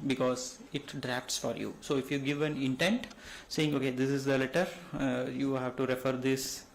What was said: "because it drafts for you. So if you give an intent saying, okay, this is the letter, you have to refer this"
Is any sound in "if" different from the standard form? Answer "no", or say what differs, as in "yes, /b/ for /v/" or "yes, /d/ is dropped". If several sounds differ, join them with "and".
no